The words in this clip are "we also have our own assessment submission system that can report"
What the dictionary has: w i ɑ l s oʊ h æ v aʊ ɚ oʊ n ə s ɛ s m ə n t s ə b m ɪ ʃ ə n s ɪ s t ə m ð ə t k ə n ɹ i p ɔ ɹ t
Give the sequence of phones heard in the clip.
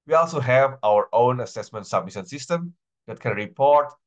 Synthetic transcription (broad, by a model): w i ɑ l s oʊ h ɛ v aʊ ɚ oʊ n ə s ɛ s m ə n t s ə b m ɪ s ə n s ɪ s t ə m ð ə t k ə n ɹ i p ɔ ɹ t